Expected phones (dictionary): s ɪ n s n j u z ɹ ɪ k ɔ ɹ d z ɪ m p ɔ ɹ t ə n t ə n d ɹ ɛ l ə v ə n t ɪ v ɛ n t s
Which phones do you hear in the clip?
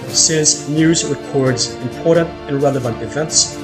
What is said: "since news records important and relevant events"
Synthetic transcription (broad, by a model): s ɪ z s n j u z ɹ ɪ k ɔ ɹ d z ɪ m p ɔ ɹ t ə n t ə n ɹ ɛ l ə v ə n t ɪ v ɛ n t s